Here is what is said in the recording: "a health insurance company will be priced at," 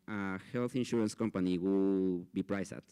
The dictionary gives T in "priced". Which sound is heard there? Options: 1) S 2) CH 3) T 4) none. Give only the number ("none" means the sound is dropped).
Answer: 4